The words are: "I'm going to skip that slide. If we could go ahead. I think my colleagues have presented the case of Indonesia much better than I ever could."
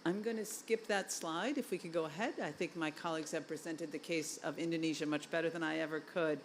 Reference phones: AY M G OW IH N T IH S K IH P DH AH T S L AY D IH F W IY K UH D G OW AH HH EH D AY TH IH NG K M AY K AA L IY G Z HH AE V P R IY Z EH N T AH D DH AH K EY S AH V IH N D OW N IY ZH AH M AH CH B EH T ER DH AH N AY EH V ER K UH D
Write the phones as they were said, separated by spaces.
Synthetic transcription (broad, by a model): AY M G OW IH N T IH S K IH P DH AH T S L AY D IH F W IY K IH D G OW AH HH EH D AY TH IH NG K M AY K AA L IY G Z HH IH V P R IY Z EH N T AH D DH AH K EY S AH V IH N D OW N IY ZH AH M AH CH B EH T ER DH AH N AY EH V ER K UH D